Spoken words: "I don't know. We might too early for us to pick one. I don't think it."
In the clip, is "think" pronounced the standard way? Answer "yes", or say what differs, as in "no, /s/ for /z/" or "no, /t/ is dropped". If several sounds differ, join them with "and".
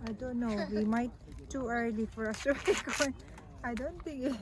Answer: no, /t/ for /θ/